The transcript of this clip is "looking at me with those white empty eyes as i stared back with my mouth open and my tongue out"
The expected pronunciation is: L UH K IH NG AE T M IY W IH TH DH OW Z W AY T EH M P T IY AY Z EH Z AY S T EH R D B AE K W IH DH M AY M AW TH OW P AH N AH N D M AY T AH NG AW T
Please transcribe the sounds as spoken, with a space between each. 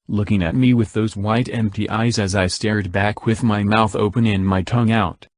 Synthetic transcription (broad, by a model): L UH K IH NG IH T M IY W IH DH OW Z W AY T EH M P T IY AY Z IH Z AY S T EH R D B AE K W IH DH M AY M AW TH OW P AH N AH N M AY T AH NG AW T